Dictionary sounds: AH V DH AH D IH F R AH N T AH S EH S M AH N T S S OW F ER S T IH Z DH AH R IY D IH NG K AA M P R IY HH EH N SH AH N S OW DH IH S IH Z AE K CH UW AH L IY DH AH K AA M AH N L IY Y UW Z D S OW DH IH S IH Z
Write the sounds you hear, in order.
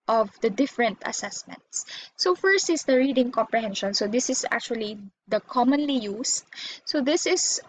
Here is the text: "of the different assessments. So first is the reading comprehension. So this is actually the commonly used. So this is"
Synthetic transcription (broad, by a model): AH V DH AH D IH F R AH N T AH S EH S M AH N T S S OW F ER S T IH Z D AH R IY D IH NG K AA M P R IY HH EH N SH AH N S OW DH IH S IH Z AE K CH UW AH L IY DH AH K AA M AH N L IY Y UW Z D S OW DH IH S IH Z